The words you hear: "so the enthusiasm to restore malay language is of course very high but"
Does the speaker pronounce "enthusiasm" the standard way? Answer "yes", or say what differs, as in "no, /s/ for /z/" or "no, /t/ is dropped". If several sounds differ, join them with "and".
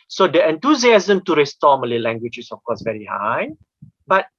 no, /t/ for /θ/